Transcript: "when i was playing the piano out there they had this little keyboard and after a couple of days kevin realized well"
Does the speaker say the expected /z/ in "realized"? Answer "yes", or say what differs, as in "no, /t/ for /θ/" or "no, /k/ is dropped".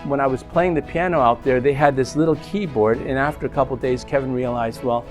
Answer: yes